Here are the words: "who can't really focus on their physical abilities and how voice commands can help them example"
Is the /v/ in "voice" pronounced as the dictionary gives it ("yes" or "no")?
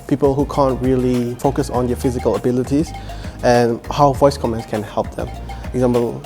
yes